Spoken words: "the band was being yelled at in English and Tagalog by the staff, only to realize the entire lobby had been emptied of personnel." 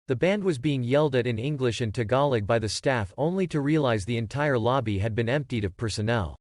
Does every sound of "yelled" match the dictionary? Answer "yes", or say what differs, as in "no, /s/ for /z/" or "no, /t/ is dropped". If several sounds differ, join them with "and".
yes